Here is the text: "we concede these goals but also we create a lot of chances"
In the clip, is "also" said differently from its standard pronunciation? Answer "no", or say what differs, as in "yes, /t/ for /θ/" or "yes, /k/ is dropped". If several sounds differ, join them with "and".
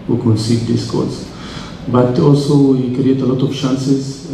no